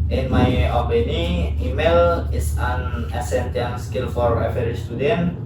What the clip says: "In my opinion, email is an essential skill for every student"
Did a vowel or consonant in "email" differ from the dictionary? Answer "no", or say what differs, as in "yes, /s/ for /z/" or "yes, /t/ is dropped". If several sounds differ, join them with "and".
no